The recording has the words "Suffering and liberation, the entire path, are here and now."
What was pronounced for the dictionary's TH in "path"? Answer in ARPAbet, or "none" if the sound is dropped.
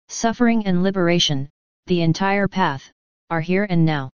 TH